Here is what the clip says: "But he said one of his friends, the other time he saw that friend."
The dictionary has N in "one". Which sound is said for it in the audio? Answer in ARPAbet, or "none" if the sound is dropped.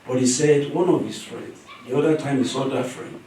N